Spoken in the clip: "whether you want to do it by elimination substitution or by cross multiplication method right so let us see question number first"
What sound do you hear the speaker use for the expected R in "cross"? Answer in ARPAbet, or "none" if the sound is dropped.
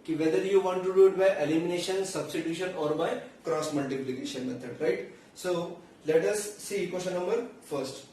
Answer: R